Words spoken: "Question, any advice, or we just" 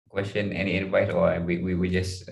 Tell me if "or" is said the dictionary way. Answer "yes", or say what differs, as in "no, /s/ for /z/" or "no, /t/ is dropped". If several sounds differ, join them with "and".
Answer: no, /w/ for /ɹ/